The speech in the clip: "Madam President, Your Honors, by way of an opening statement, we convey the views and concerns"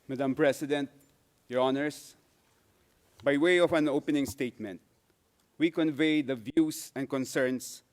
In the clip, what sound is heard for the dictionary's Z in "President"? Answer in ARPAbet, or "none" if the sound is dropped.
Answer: S